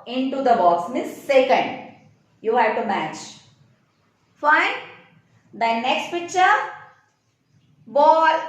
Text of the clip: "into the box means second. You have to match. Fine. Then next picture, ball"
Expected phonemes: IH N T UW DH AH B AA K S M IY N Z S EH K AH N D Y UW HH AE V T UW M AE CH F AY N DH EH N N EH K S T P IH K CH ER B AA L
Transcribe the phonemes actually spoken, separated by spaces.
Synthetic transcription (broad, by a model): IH N T UW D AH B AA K S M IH S EH K AH N D Y UW HH AE V T UW M AE CH F AY N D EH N N EH K S T P IH K CH ER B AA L